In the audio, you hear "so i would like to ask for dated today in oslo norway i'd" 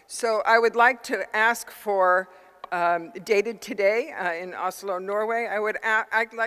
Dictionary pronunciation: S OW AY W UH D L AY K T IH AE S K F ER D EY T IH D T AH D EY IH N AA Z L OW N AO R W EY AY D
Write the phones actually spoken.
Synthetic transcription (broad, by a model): S OW AY W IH D L AY K T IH AE S K F ER D EY T IH D T AH D EY IH N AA S L OW N AO R W EY AY D